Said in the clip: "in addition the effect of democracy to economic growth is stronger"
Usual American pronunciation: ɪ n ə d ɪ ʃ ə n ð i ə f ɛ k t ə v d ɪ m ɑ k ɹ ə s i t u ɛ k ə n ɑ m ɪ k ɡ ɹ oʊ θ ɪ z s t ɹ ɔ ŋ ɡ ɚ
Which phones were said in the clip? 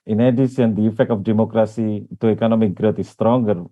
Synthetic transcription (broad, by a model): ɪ n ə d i s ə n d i ə f ɛ k t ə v d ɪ m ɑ k ɹ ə s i t u ɛ k ə n ɑ m ɪ k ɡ ɹ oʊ t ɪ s t ɹ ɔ ŋ ɡ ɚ